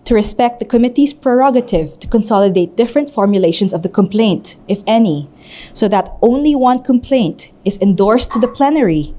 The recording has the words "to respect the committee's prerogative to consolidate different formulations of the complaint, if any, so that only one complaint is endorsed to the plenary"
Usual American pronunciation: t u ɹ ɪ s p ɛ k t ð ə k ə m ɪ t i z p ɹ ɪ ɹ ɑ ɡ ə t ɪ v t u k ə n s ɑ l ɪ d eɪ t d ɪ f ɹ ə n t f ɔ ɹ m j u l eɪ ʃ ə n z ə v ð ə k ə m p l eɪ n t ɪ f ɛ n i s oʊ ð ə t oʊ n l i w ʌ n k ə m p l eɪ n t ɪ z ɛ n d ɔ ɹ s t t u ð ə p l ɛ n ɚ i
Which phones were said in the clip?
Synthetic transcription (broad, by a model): t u ɹ ɪ s p ɛ k t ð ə k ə m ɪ t i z p ɹ ɪ ɹ ɑ ɡ ə t ɪ v t u k ə n s ɑ l ɪ d eɪ t d ɪ f ɹ ə n t f ɔ ɹ m j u l eɪ ʃ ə n s ə v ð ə k ə m p l eɪ n t ɪ f ɛ n i s oʊ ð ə t oʊ n l i w ʌ n k ə m p l eɪ n t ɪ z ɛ n d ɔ ɹ s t t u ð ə p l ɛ n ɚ i